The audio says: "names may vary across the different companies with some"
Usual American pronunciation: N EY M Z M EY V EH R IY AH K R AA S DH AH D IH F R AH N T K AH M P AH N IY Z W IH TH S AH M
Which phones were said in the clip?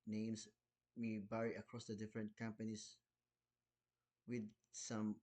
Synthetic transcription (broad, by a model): N EY M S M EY B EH R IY AH K R AA S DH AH D IH F R AH N T K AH M P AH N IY S W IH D S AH M